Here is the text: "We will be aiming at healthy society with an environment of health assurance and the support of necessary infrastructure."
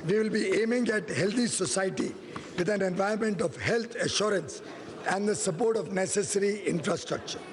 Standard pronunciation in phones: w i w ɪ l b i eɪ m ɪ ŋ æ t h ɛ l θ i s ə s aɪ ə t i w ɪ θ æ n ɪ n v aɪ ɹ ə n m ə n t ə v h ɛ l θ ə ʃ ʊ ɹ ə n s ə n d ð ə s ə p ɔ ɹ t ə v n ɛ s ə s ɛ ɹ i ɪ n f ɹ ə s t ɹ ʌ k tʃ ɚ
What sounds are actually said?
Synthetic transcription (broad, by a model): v i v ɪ l b i eɪ m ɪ ŋ æ t h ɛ l t i s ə s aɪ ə t i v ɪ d æ n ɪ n v aɪ ə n m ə n t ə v h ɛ l t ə ʃ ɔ ɹ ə n s ə n d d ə s ə p ɔ ɹ t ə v n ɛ s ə s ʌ ɹ i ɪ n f ɹ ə s t ɹ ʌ k tʃ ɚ